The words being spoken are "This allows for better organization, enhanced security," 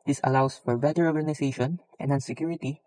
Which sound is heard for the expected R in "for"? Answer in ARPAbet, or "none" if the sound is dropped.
R